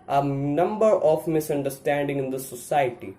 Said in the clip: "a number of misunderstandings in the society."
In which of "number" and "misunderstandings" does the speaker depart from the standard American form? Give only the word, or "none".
misunderstandings